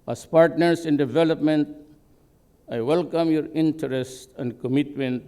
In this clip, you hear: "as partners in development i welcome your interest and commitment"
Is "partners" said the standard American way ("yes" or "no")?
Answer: no